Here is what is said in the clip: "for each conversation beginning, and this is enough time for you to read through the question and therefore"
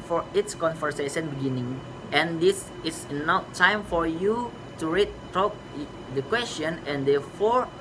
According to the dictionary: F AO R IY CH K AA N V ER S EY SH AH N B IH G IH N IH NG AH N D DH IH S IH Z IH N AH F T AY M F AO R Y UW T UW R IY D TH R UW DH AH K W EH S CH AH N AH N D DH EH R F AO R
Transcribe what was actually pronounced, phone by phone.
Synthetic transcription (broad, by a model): F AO R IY S K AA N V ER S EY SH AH N B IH G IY N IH NG AH N D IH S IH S N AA T AY M F AO R Y UW T UW R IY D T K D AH K W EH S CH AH N AH N D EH F AO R